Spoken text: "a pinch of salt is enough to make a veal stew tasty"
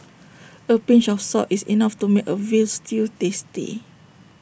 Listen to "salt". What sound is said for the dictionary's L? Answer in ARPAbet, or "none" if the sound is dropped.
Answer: none